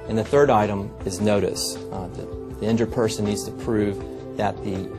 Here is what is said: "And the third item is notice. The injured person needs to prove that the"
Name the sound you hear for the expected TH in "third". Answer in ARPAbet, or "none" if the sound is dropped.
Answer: TH